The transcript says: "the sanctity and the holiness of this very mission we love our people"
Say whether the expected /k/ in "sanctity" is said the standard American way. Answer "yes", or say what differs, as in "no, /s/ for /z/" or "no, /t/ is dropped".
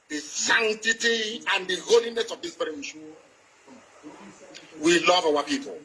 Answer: no, /k/ is dropped